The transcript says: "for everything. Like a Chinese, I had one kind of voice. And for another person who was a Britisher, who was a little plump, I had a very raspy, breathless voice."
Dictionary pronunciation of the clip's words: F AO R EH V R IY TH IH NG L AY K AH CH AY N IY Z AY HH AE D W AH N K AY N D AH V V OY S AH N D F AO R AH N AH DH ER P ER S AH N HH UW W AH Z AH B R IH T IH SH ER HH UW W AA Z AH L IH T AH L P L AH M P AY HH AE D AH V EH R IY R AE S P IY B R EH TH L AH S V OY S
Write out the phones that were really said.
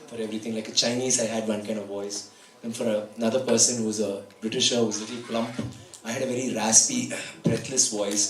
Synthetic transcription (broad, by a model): F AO R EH V R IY T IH NG L AY K AH CH AY N IY Z AY HH AE D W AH N K AY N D AH V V OY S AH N F AO R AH N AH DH ER P ER S AH N HH UW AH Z AH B R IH T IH SH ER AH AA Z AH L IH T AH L P L AH M P AY HH AE D AH V EH R IY R AE S P IY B R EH T L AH S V OY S